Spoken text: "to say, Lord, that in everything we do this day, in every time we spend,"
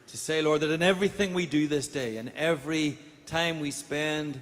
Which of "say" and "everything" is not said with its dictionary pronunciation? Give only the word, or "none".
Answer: none